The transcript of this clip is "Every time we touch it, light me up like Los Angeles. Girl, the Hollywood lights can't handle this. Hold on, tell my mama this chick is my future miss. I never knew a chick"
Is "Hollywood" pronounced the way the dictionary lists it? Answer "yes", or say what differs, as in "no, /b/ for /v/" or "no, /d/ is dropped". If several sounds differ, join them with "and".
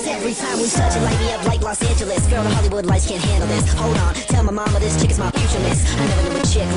yes